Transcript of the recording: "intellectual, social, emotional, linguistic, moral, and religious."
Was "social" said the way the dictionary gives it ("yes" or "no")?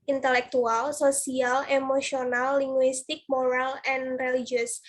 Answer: no